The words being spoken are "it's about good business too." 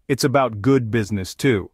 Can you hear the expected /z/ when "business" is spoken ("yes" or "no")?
yes